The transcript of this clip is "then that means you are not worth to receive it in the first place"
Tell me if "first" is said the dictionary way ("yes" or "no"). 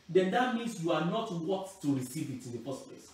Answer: no